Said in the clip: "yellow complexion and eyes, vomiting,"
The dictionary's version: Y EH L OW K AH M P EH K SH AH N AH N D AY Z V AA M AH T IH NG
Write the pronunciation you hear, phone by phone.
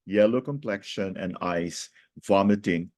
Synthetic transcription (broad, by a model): Y EH L OW K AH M P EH K SH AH N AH N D AY S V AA M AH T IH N